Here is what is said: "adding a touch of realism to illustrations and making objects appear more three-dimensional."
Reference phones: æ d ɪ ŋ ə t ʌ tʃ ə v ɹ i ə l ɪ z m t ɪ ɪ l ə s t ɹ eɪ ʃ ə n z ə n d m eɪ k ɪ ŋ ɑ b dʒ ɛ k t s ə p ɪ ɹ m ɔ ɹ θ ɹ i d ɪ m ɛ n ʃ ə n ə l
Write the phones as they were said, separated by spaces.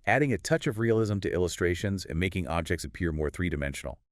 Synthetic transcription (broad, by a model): æ d ɪ ŋ ə t ʌ tʃ ə v ɹ i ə l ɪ z m t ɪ ɪ l ə s t ɹ eɪ ʃ ə n z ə n m eɪ k ɪ ŋ ɑ b dʒ ɛ k t s ə p ɪ ɹ m ɔ ɹ θ ɹ i d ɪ m ɛ n ʃ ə n l